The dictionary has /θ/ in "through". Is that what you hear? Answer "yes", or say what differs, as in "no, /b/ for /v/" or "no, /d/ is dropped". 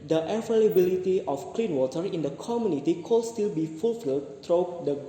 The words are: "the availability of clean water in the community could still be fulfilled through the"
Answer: no, /t/ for /θ/